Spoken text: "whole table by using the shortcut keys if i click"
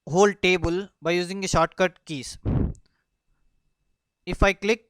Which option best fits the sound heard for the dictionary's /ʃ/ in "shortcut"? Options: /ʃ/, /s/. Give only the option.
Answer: /ʃ/